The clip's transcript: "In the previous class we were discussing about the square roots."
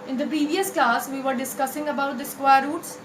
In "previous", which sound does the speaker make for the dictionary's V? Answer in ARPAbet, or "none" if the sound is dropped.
V